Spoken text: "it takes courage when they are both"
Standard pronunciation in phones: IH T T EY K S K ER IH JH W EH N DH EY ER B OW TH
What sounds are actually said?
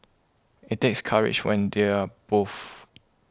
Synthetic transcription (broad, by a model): IH T T EY K S K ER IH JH W EH N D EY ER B OW F